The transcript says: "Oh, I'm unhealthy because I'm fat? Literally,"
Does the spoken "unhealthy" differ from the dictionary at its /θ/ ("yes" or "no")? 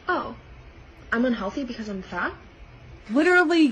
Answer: no